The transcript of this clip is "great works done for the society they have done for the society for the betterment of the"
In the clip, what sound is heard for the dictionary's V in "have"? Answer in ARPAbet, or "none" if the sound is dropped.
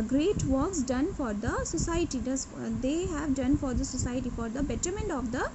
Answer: V